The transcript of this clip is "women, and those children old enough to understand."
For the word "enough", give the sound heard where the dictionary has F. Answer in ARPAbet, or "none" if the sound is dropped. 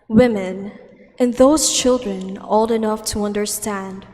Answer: F